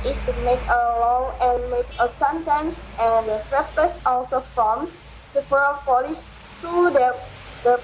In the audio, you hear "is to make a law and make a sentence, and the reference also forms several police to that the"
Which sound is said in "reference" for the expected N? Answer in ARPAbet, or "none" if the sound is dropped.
none